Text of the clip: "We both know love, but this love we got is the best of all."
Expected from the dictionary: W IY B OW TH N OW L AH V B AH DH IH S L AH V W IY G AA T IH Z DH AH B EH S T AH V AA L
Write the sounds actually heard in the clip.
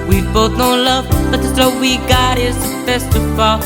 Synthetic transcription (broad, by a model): W IY B OW TH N OW L AH V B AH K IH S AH W IY G AA T IH Z DH AH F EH S T AH V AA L